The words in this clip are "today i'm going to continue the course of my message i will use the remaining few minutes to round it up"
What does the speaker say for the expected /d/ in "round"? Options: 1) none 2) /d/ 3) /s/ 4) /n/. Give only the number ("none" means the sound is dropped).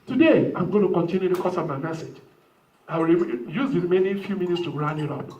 1